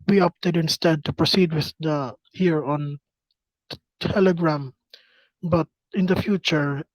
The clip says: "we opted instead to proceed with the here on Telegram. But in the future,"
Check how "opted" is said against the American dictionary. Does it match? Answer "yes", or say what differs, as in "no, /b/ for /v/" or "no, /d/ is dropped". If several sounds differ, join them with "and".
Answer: yes